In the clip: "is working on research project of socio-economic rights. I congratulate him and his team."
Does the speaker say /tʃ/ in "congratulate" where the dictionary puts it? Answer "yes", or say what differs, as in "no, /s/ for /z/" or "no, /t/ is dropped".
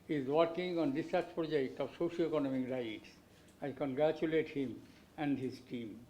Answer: yes